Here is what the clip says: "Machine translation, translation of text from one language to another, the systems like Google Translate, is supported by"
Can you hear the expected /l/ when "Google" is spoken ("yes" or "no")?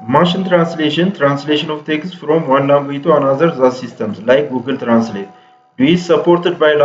yes